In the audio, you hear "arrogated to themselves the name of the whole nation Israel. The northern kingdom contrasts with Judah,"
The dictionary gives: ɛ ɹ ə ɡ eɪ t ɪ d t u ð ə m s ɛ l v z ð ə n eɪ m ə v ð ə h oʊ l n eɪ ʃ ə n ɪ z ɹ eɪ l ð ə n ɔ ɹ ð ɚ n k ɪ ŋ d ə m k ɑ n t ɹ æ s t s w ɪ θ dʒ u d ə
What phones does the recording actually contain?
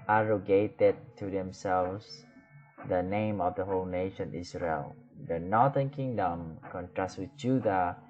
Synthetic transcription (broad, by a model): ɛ ɹ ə ɡ eɪ t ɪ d t u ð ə m s ɛ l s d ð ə n eɪ m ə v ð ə h oʊ l n eɪ ʃ ə n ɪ s ɹ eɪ l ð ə n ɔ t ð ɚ n k ɪ ŋ d ə m k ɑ n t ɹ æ s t w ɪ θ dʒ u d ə